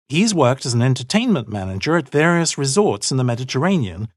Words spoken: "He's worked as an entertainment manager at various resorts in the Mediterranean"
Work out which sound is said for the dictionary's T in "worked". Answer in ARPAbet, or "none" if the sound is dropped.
T